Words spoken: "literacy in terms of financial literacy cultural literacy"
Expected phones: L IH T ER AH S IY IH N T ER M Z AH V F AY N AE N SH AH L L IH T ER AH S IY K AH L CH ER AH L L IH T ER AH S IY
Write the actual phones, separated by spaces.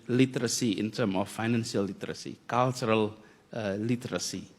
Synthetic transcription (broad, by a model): L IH T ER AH S IY IH N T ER M AH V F AY N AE N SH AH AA L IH T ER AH S IY K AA L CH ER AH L L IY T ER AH S IY